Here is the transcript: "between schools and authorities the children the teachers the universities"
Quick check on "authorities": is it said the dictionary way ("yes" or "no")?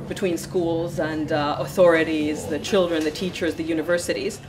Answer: yes